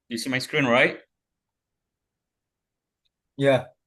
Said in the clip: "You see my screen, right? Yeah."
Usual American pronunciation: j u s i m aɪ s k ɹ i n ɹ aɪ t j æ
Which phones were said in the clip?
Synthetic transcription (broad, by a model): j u s i m aɪ s k ɹ i n ɹ aɪ t j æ